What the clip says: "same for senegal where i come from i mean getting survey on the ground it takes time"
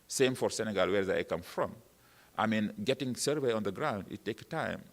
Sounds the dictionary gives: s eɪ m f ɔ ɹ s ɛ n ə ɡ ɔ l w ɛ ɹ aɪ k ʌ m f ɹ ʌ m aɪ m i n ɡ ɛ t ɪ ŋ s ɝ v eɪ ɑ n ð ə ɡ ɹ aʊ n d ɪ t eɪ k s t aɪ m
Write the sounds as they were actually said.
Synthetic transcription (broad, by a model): s eɪ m f ɔ ɹ s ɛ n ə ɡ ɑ l w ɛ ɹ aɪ k ʌ m f ɹ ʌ m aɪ m i n ɡ ɛ t ɪ ŋ s ɝ v eɪ ɑ n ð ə ɡ ɹ aʊ n d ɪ t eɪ k t aɪ m